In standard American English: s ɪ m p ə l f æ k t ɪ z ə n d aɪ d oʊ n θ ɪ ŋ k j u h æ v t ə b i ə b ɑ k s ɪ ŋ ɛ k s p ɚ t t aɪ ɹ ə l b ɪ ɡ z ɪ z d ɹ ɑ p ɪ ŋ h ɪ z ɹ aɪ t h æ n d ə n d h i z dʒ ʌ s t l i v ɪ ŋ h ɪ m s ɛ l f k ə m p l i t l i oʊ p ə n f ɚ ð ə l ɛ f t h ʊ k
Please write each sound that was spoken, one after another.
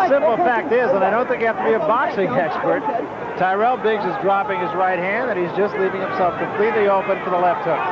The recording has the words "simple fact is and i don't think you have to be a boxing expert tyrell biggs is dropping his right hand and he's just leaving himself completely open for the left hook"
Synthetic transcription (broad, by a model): s ɪ m p l f æ k t ɪ z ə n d aɪ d oʊ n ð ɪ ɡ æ f t ə b i ə b ɑ k s ɪ ŋ ɛ k s p ɚ t t aɪ ɹ ə l b ɪ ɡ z ɪ z d ɹ ɑ p ɪ ŋ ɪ z ɹ aɪ t h æ n d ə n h i z dʒ ʌ s t l i v ɪ ŋ h ɪ m s ɛ l f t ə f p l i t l i oʊ p ə n f ɚ ð ə l ɛ f t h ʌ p